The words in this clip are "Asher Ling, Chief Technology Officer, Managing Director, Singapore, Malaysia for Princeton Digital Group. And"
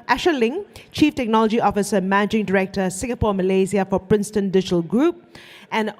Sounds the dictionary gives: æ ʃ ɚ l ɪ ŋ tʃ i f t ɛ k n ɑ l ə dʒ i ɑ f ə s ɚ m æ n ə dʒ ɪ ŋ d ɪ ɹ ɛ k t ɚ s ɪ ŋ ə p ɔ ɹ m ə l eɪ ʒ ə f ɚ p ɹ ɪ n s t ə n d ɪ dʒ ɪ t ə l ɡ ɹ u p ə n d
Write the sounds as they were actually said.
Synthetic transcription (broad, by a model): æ ʃ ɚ l ɪ ŋ tʃ i f t ɛ k n ɑ l ə dʒ i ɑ f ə s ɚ m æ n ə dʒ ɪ ŋ d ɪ ɹ ɛ k t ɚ s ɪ ŋ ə p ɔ m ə l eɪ z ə f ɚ p ɹ ɪ n s t ə n d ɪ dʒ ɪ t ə l ɡ ɹ u p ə n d